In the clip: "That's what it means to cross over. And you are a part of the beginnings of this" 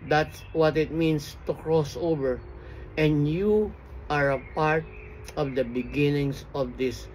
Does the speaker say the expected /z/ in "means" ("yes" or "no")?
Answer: no